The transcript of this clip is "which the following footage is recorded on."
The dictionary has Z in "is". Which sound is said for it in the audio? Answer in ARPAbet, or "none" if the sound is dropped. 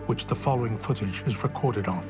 Z